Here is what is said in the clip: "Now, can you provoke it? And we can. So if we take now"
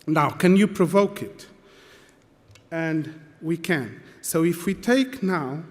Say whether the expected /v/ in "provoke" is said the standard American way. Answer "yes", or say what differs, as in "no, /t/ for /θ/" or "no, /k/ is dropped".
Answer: yes